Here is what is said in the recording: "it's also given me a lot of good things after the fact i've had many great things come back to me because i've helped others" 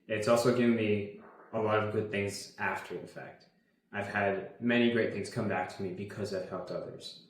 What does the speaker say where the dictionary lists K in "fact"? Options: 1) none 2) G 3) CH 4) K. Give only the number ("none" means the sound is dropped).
4